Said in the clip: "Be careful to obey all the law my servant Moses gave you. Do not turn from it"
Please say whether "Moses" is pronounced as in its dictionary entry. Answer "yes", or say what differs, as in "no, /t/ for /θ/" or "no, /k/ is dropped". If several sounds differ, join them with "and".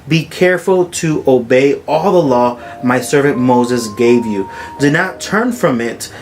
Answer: yes